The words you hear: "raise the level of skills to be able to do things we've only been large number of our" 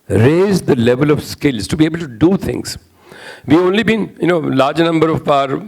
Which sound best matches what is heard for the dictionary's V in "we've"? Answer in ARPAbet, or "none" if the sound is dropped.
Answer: none